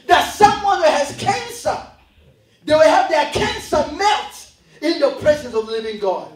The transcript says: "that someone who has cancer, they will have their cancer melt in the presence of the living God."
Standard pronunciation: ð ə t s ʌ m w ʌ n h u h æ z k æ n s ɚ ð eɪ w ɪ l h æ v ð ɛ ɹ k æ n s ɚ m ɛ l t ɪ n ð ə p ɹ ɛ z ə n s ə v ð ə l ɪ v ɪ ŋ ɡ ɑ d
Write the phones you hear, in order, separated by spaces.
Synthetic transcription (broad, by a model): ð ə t s ʌ m w ʌ n h u h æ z k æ n s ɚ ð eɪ w ɪ l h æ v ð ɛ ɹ k æ n s ɚ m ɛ t ɪ n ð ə p ɹ ɛ z ə n s ə v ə l ɪ v ɪ ŋ ɡ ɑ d